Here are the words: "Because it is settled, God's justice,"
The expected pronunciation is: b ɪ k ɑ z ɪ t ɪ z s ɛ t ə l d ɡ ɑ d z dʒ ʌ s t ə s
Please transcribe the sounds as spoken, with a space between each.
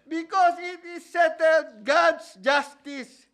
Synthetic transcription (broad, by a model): b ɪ k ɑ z ɪ t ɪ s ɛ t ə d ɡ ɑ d s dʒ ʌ s t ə s